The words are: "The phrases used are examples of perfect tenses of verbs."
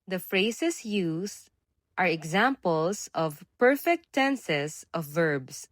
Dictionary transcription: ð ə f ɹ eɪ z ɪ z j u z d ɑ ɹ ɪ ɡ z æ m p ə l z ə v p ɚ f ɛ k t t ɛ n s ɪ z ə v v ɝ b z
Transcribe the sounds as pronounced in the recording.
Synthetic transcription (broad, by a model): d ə f ɹ eɪ s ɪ s j u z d ɑ ɹ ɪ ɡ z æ m p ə l s ə v p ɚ f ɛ k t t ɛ n s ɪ s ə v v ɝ b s